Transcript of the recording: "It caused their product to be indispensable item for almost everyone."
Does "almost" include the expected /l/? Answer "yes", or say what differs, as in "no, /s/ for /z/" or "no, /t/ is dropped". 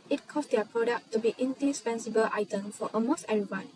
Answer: no, /l/ is dropped